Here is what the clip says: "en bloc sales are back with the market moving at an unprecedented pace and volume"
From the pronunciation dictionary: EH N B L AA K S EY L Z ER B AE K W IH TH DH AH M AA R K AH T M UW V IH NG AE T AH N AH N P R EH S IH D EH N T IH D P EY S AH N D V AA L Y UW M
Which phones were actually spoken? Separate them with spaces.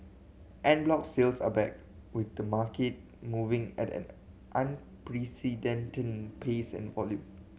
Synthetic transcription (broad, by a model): EH N B L AA K S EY L S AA B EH K W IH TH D AH M AA K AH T M UW V IH NG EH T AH N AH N P R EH S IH D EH N T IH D P EY S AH N V AA L Y UW M